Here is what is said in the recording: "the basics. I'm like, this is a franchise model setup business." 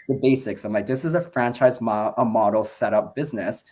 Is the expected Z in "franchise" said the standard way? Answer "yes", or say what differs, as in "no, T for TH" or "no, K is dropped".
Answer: yes